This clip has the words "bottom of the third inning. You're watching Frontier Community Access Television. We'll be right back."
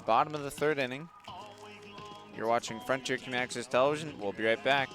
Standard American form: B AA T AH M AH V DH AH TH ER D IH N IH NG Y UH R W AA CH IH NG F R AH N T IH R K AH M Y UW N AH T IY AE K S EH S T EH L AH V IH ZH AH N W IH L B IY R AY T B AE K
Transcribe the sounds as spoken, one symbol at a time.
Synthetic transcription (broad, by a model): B AA T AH M AH V DH AH TH ER D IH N IH NG Y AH R W AA CH IH NG F R AH N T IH R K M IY AE K S EH S T EH L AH V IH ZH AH N W IH L B IY R AY T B AE K